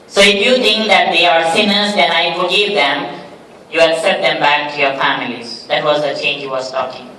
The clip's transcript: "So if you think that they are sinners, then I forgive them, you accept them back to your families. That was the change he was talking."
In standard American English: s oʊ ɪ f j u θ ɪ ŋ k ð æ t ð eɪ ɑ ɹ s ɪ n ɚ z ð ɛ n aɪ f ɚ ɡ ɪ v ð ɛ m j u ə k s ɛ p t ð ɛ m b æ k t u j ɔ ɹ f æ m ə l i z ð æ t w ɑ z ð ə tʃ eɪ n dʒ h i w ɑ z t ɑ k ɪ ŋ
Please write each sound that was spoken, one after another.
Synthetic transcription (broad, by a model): s oʊ ɪ f j u t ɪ ŋ k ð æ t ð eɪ ɑ ɹ s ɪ n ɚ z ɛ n aɪ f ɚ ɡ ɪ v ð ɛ m j u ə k s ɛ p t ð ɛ m b æ k t u j ɔ ɹ f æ m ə l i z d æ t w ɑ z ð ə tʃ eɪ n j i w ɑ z t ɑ k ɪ ŋ